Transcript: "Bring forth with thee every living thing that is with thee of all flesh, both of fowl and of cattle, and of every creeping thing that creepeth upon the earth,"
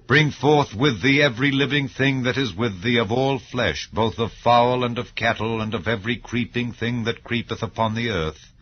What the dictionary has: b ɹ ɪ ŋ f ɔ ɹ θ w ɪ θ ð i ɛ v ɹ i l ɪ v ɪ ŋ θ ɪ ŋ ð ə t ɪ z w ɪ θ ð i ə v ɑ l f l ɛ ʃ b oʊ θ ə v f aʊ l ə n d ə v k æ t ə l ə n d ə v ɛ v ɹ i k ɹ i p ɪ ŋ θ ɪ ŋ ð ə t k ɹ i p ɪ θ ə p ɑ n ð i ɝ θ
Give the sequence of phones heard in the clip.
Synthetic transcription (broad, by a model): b ɹ ɪ ŋ f ɔ ɹ θ w ɪ ð i ɛ v ɹ i l ɪ v ɪ ŋ θ ɪ ŋ ð ə t ɪ z w ɪ ð i ə v ɑ l f l ɛ ʃ b oʊ θ ə v f aʊ l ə n ə v k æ t l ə n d ə v ɛ v ɹ i k ɹ i p ɪ ŋ θ ɪ ŋ ð ə t k ɹ i p ɪ θ ə p ɑ n ð i ɝ θ